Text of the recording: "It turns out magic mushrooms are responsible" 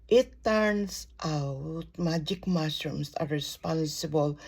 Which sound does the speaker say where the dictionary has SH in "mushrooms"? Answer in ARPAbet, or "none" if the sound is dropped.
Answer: S